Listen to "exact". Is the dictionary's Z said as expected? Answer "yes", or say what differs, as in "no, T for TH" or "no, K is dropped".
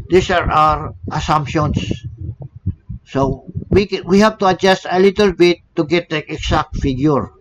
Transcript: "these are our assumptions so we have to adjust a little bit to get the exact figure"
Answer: no, S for Z